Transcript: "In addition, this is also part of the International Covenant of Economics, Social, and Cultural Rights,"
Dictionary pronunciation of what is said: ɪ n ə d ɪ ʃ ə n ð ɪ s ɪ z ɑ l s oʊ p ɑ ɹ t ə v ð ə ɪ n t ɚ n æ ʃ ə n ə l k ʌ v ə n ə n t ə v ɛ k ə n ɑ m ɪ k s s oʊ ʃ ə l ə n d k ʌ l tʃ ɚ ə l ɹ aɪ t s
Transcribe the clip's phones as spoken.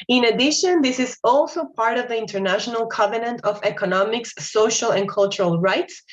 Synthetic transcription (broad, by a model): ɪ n ə d ɪ ʃ ə n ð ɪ s ɪ z ɑ l s oʊ p ɑ ɹ t ə v ð ə ɪ n t ɚ n æ ʃ ə n ə l k ʌ v ə n ə n t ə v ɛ k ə n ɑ m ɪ k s s oʊ ʃ ə l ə n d k ʌ l tʃ ɚ ə l ɹ aɪ t s